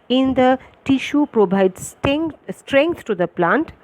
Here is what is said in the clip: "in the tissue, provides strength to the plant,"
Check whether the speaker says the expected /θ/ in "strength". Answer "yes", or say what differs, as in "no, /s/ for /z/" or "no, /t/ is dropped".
no, /t/ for /θ/